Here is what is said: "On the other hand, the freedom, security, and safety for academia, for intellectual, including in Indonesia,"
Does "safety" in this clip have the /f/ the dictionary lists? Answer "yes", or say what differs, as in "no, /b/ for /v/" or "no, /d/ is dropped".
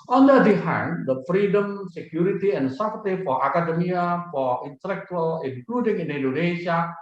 no, /p/ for /f/